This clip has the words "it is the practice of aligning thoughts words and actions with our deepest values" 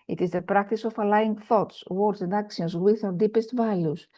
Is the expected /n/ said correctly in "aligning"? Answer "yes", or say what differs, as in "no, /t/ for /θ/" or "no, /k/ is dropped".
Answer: no, /n/ is dropped